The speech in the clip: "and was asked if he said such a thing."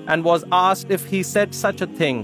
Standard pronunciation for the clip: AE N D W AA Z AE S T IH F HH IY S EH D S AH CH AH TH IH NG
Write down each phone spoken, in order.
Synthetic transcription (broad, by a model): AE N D W AA Z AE S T IH F HH IY S EH D S AH CH AH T IH NG